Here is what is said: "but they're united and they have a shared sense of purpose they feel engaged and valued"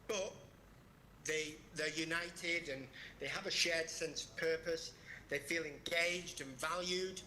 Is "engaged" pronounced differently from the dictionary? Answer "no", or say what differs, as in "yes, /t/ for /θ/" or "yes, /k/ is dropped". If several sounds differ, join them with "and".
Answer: no